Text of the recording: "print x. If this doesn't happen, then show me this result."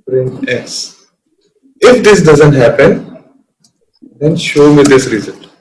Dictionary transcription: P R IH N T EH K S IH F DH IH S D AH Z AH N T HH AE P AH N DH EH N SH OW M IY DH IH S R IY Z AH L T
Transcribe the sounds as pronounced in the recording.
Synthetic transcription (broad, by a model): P R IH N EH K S IH F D IH S D AH Z AH N T HH AE P AH N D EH N SH OW M IY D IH S R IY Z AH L